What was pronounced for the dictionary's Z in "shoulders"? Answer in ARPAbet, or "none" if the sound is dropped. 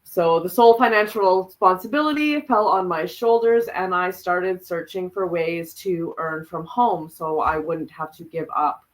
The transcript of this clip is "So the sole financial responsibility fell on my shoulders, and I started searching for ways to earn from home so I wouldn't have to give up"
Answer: Z